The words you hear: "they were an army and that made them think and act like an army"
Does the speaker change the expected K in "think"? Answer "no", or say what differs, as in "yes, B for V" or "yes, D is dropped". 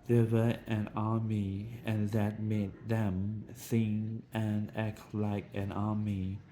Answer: yes, K is dropped